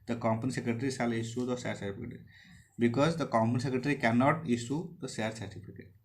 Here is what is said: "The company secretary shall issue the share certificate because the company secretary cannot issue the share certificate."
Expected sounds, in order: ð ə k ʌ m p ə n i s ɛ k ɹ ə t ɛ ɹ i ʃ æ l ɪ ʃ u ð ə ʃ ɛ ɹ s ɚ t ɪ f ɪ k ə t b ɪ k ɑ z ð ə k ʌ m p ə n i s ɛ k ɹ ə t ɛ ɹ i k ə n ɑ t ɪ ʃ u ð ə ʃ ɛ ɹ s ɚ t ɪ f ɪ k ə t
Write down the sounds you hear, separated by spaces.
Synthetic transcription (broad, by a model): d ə k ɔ m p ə n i s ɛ k ɹ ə t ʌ ɹ i s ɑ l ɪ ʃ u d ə s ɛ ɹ s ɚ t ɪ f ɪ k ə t b ɪ k ɑ z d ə k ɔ m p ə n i s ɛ k ɹ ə t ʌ ɹ i k ə n ɑ t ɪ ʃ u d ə s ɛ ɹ s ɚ t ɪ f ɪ k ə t